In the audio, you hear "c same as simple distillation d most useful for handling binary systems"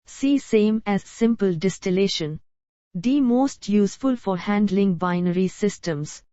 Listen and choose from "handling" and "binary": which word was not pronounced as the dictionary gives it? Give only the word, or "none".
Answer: none